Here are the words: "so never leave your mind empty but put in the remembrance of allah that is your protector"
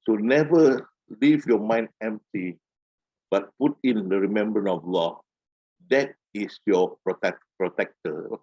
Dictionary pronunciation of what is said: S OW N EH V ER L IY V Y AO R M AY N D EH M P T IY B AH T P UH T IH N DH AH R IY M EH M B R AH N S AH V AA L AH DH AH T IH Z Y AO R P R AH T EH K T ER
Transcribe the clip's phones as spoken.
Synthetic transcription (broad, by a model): S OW N EH V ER L IY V Y AO M AY N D EH M P T IY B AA T P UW T IH N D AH R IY M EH M B R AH N AH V L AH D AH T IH S Y AO R P R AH T EH K T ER